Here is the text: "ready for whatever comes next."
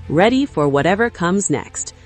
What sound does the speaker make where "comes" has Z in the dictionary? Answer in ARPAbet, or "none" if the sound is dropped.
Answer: Z